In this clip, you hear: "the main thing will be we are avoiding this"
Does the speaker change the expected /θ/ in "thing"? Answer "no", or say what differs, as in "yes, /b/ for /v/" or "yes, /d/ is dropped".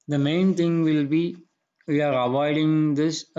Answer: yes, /t/ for /θ/